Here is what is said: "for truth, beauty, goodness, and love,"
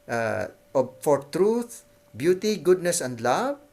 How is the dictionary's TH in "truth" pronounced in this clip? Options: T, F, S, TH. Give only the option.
T